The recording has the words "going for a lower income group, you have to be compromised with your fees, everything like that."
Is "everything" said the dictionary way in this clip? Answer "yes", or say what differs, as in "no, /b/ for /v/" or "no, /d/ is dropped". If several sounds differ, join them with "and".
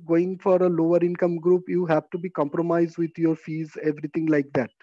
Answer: no, /t/ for /θ/